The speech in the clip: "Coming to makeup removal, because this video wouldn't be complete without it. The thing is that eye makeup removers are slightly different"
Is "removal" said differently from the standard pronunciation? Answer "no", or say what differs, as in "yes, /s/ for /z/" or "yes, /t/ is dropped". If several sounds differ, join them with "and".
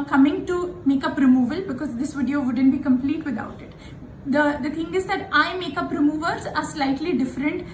no